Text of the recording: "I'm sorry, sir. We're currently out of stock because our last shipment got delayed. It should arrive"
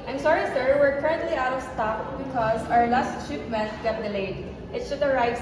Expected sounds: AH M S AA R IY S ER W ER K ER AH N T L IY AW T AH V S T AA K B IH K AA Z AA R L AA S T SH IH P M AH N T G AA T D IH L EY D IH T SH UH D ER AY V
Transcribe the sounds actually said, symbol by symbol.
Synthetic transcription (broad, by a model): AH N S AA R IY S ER W ER K ER AH N T L IY AW T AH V S T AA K B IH K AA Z AA R L AA S T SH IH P M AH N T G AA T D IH L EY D IH T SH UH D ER AY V